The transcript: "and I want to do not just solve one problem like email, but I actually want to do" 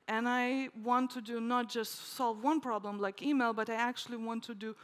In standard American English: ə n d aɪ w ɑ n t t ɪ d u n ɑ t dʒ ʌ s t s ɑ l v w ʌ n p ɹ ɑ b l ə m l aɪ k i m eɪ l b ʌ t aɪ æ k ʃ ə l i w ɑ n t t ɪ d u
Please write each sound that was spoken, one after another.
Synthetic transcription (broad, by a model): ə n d aɪ w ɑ n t t ɪ d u n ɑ t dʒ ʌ s t s ɑ l v w ʌ n p ɹ ɑ b l ə m l aɪ k i m eɪ l b ʌ t aɪ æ k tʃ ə l i w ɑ n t t ɪ d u